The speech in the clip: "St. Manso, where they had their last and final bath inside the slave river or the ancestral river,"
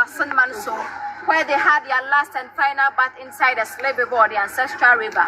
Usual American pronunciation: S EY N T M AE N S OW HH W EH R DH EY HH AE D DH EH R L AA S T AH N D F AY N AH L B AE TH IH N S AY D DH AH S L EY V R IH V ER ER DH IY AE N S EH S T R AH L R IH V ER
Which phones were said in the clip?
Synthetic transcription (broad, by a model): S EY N M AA N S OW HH W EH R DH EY HH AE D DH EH L AA S T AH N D F AY N AH L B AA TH IH N S AY D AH S L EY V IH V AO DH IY AE N S EH S T R AH L R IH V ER